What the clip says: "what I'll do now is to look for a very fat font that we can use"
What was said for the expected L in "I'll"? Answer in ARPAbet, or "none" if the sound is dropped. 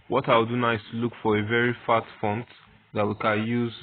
W